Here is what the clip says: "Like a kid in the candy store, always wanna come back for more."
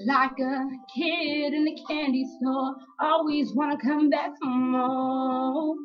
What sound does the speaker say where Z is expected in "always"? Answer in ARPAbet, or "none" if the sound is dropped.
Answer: Z